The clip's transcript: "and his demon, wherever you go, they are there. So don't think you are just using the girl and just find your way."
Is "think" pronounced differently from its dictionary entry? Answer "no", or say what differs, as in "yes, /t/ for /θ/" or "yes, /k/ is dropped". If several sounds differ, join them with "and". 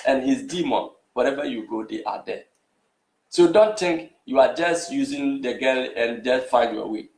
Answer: yes, /t/ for /θ/